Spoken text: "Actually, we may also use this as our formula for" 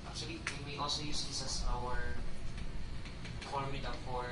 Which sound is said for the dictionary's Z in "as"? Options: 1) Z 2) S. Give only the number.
2